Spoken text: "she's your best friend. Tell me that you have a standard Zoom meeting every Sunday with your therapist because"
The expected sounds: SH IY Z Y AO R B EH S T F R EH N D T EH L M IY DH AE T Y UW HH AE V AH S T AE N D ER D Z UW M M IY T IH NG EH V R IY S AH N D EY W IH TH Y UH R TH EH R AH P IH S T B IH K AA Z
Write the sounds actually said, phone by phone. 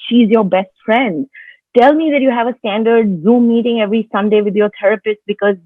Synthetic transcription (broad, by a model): SH IY Z Y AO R B EH S T F R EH N D T EH L M IY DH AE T Y UW HH AE V AH S T AE N D ER D Z UW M M IY T IH NG EH V R IY S AH N D EY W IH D Y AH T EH R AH P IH S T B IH K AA Z